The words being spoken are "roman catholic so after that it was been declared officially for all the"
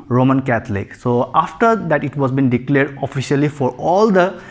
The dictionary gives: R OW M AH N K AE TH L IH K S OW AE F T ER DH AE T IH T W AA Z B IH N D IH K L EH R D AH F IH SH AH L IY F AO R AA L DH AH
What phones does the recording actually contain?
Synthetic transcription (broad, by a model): R OW M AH N K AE T L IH K S OW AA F T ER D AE T IH T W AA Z B IH N D IH K L EH R D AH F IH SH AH L IY F AO R AA L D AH